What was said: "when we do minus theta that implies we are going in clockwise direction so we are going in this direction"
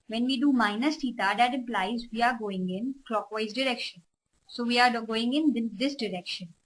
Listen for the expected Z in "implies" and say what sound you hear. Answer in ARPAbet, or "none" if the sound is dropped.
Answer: Z